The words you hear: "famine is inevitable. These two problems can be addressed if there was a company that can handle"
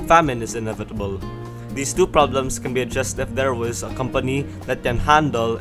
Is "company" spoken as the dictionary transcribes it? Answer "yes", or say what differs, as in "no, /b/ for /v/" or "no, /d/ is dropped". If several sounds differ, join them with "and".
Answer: yes